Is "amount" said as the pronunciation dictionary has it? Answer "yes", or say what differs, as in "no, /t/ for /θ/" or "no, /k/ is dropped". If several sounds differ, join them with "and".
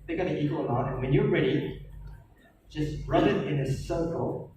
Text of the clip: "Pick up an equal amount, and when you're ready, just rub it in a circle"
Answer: no, /n/ is dropped